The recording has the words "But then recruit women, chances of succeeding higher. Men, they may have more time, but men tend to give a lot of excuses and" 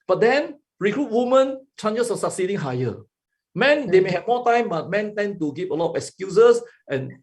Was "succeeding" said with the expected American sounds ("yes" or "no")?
yes